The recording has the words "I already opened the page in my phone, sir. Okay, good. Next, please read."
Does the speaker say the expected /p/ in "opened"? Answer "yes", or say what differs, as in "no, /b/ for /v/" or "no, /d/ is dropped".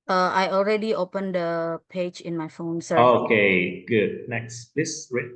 yes